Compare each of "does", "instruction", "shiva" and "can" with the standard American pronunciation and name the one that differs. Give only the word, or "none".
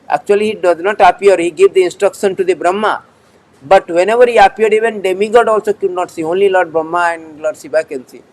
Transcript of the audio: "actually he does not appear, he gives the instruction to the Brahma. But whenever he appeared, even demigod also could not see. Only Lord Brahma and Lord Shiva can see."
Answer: shiva